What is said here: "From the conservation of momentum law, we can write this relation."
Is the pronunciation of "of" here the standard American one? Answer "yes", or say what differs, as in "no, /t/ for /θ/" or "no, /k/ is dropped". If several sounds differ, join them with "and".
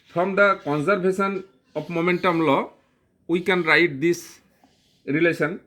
no, /p/ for /v/